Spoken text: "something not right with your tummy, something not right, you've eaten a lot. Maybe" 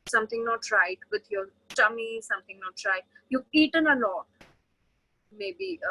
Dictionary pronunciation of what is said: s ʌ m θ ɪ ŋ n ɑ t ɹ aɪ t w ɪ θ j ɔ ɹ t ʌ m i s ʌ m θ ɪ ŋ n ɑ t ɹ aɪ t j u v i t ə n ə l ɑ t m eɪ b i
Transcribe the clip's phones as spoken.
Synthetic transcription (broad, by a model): s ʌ m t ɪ ŋ n ɑ t ɹ aɪ t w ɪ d j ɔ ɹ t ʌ m i s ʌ m t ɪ ŋ n ɑ t ɹ aɪ t j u i t ə n ə n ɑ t m eɪ b i